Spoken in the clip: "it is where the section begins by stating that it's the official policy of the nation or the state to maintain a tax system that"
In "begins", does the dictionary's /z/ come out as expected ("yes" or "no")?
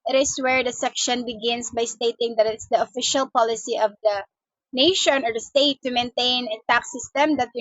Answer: no